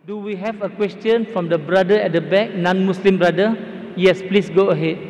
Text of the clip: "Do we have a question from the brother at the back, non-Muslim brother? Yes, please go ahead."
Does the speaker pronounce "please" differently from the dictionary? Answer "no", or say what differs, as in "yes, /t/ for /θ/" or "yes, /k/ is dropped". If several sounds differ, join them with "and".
yes, /s/ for /z/